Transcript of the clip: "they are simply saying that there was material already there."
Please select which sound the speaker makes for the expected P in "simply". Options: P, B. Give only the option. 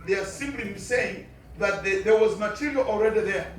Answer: B